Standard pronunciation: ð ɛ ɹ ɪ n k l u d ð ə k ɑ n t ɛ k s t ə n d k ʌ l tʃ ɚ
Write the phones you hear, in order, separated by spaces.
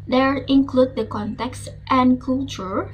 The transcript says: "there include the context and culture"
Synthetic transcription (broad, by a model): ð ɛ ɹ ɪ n k l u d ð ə k ɑ n t ɛ k s t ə n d k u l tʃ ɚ